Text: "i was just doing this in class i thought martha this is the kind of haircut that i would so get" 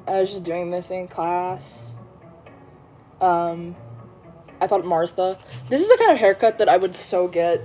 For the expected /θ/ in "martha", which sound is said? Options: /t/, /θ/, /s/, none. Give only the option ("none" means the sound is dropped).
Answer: /θ/